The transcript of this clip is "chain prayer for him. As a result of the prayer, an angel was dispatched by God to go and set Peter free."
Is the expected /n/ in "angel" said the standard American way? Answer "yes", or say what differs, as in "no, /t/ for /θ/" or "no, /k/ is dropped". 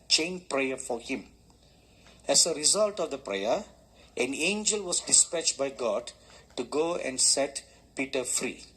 yes